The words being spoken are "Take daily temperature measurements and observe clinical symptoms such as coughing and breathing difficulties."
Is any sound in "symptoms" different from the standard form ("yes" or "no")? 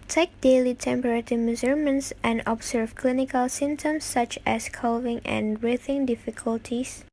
yes